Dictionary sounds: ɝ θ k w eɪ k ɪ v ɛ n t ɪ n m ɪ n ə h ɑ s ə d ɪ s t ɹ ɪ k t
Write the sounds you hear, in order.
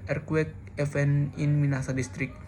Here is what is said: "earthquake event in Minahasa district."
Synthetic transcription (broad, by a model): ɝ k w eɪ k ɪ f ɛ n ɪ n m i n ɑ s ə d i s t ɹ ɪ k